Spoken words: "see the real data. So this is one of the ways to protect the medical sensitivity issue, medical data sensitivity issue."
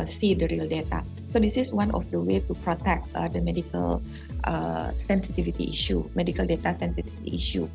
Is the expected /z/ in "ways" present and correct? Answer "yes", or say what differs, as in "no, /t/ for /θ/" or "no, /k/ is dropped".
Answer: no, /z/ is dropped